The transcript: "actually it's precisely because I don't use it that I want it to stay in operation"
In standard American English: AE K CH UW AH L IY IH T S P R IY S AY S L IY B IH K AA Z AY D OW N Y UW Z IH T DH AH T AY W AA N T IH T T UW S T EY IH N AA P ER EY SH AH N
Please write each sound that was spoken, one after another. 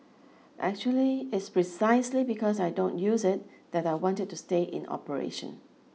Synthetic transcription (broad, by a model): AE K CH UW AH L IY IH T S P R IY S AY S L IY B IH K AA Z AY D OW N Y UW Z IH T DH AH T AY W AA N T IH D T UW S T EY IH N AA P ER EY SH AH N